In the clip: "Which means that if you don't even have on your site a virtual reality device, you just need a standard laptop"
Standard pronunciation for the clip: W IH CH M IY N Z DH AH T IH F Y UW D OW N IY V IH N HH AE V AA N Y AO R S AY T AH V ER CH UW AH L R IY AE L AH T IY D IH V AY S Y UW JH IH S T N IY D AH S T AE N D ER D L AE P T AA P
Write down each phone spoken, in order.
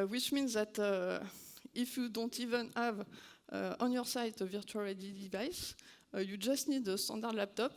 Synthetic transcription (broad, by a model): W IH CH M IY N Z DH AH T IH F Y UW D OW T IY V IH N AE V AA N Y AO R S AY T AH V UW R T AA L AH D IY D IH V AY S Y UW JH IH S T N IY D AH S T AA D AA D L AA P T AA P